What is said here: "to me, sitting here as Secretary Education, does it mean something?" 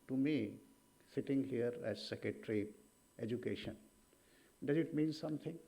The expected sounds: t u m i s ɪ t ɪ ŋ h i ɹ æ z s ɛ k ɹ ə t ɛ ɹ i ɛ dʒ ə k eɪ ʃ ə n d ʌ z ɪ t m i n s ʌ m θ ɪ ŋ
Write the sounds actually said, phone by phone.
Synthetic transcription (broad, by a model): t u m i s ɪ t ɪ ŋ h i ɹ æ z s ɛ k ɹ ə t ɹ i ɛ dʒ ə k eɪ ʃ ə n d ʌ z ɪ t m i n s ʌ m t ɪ ŋ